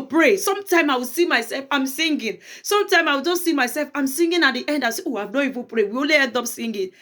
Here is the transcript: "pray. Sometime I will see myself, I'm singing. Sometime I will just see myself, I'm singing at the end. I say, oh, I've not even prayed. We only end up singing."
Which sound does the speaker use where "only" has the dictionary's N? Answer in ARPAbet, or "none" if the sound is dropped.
none